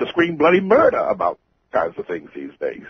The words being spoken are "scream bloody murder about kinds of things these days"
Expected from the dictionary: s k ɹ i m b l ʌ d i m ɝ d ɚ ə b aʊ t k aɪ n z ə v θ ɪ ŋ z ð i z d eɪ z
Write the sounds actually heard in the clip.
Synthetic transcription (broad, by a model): s k ɹ i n b l ʌ d i m ɝ d ɚ ə b aʊ t k aɪ n z ə v θ ɪ ŋ z ð i z d eɪ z